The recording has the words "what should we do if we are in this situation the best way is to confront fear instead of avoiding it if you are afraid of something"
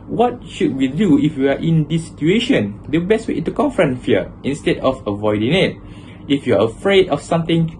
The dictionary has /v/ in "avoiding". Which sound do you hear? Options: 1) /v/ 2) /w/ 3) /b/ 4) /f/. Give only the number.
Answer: 1